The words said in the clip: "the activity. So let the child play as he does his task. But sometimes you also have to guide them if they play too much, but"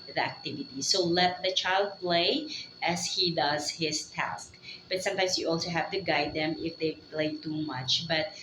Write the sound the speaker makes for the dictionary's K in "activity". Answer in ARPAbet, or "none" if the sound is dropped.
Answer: K